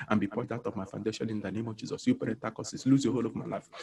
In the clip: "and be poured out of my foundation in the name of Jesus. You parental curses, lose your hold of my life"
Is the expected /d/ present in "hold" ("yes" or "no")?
no